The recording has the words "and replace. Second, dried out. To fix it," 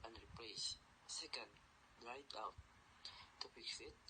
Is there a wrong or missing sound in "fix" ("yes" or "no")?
yes